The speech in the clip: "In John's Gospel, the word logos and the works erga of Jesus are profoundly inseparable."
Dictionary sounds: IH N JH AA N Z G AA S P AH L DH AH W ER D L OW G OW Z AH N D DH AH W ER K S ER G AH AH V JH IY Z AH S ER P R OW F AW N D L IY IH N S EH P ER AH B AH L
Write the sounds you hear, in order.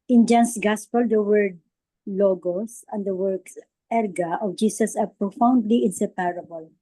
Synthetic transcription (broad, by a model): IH N JH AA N S G AA S P AH L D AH W ER D L OW G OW S AH N D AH W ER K S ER G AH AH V JH IY S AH S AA P R OW F AW N D L IY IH N S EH P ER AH B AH L